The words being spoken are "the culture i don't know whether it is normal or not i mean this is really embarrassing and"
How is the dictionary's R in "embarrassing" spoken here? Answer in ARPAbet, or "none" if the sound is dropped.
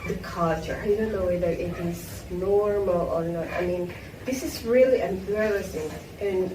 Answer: L